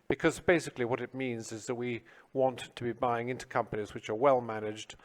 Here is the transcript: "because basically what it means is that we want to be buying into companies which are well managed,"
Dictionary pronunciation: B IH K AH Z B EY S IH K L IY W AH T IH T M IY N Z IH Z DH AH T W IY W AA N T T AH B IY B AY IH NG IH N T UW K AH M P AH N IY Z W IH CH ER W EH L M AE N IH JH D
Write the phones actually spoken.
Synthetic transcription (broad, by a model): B IH K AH Z B EY S IH K L IY W AH T IH T M IY N Z IH Z DH AH T W IY W AA N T T AH B IY B AY IH NG IH N T UW K AH M P AH N IY Z W IH CH ER W EH L M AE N IH JH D